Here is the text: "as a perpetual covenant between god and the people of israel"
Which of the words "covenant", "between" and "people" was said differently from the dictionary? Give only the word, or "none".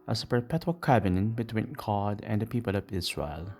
covenant